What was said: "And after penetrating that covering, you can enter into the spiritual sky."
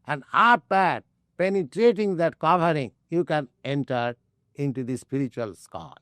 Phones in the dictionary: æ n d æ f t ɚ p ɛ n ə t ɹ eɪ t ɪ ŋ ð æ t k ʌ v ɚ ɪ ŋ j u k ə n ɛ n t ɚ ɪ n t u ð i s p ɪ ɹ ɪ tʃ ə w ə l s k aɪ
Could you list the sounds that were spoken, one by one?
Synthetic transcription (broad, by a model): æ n d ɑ p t p ɛ n ə t ɹ eɪ t ɪ ŋ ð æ t k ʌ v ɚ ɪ ŋ j u k ə n ɛ n t ɚ ɪ n t u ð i s p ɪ ɹ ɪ tʃ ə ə l s k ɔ